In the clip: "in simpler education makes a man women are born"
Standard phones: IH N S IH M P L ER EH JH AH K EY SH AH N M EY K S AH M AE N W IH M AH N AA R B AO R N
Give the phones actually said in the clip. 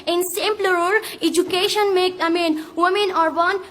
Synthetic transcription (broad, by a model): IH N S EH M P L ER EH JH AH K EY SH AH N M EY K AH M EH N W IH M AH N AA R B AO N